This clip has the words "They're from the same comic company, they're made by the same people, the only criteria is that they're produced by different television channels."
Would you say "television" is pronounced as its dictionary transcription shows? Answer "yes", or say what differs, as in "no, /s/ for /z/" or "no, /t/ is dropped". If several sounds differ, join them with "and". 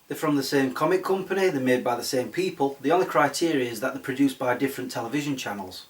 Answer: yes